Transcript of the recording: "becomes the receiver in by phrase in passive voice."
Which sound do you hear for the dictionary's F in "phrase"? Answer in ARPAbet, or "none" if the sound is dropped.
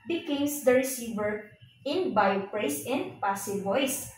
P